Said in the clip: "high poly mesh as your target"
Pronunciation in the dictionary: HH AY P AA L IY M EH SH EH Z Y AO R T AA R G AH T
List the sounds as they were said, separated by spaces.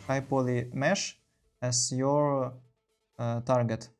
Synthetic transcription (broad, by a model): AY P AA L IY M EH SH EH S Y AO R T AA R G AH T